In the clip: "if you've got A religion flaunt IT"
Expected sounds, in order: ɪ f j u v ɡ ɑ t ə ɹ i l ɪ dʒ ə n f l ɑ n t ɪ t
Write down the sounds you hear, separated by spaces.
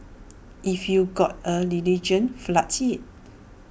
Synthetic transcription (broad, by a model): ɪ f j u ɡ ɑ t ə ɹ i l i dʒ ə n f l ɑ t ɪ t